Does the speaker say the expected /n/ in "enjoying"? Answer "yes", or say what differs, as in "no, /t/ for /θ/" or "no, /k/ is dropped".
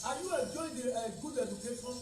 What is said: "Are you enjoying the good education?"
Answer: no, /n/ is dropped